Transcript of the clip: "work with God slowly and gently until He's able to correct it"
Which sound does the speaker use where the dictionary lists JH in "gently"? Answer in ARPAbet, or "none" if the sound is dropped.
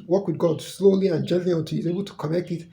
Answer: JH